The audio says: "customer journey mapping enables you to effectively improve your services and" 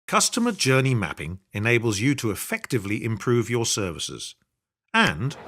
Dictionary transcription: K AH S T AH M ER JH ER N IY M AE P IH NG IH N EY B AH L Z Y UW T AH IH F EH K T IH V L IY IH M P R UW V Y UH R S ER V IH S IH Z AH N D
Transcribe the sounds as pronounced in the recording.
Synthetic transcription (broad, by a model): K AH S T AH M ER JH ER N IY M AE P IH NG IH N EY B AH L Z Y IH T AH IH F EH K T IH V L IY IH M P R UW V Y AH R S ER V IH S IH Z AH N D